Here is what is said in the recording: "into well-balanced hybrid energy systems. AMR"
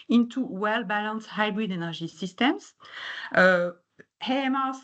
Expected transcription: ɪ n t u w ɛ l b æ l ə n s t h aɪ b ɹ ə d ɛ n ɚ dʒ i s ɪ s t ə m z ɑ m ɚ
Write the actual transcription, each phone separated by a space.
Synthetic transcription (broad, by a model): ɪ n t u w ɛ l b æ l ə n s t h aɪ b ɹ ə d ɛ n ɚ ʒ i s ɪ s t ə m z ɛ m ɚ